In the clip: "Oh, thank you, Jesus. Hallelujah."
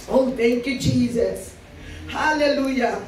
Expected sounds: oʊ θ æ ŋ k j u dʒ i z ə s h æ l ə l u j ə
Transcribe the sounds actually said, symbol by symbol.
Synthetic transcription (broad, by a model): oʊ t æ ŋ k j u dʒ i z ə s h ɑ l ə l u j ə